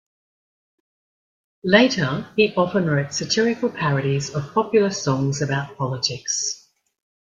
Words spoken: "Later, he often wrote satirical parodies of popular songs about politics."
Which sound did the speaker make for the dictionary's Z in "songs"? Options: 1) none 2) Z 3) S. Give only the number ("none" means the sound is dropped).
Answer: 2